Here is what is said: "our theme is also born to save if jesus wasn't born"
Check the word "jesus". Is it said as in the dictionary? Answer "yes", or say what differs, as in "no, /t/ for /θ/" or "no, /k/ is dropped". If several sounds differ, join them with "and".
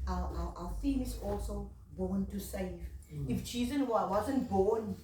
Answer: no, /tʃ/ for /dʒ/